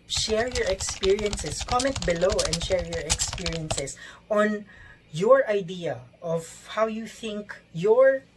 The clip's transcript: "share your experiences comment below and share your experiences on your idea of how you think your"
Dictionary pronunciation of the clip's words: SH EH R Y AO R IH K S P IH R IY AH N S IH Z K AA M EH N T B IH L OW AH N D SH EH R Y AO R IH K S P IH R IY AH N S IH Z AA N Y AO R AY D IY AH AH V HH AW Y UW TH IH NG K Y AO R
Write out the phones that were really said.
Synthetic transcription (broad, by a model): SH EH R Y AO R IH K S P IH R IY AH N S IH S K AA M EH N T B IH L OW AH N D SH EH R Y AO R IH K S P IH R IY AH N S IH S AA N Y AO R AY D IY AH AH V HH AW Y UW TH IH NG K Y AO R